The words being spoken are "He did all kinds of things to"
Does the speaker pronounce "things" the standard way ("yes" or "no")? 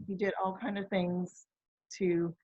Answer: yes